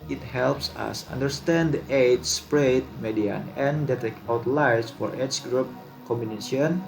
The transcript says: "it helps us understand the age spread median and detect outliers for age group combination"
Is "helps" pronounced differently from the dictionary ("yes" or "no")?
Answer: no